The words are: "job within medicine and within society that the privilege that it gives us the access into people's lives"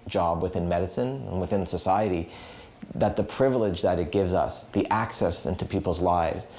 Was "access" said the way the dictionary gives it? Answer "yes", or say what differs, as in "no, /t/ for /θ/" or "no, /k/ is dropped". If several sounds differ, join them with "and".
yes